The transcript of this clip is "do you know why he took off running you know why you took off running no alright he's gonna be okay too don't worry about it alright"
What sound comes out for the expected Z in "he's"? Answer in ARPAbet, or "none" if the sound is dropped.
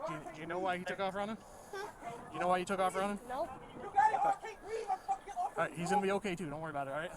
Z